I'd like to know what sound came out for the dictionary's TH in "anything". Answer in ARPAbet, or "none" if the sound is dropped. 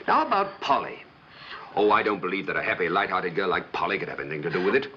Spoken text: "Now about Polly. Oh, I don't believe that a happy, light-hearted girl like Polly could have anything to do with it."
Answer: TH